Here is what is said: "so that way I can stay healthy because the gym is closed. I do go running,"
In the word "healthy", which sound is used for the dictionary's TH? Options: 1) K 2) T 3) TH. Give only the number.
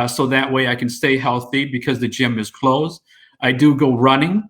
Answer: 3